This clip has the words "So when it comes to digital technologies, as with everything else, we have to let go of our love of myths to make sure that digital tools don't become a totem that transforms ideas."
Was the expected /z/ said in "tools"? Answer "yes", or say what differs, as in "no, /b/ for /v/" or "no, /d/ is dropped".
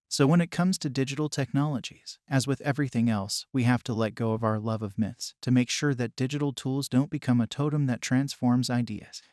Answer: yes